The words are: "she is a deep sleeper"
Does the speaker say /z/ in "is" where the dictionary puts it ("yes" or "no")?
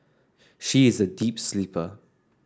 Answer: yes